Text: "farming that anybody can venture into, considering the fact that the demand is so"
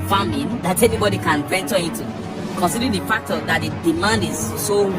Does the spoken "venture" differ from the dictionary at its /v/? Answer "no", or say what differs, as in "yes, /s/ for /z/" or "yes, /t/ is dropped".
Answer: yes, /p/ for /v/